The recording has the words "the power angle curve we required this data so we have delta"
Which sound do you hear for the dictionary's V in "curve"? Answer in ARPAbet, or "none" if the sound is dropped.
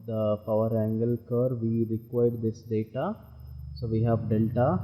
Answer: V